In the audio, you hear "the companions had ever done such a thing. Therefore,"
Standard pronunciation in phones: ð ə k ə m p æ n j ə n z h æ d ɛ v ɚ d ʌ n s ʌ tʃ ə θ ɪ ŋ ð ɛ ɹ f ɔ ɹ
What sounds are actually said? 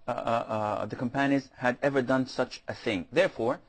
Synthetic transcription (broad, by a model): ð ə k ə m p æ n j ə z h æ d ɛ v ɚ d ʌ n s ʌ tʃ ə θ ɪ ŋ ð ɛ ɹ f ɔ ɹ